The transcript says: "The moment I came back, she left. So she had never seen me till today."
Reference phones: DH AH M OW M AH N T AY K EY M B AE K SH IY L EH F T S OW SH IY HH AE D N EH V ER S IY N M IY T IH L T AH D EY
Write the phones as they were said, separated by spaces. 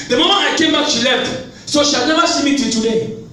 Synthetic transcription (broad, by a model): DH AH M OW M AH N AY K EY M B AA K SH IY L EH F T S OW SH IY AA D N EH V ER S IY M IY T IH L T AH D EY